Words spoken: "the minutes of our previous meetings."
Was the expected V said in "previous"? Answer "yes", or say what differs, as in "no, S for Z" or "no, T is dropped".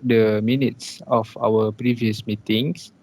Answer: yes